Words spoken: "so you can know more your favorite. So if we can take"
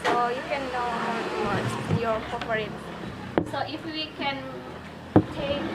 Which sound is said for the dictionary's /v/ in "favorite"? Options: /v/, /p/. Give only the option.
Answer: /p/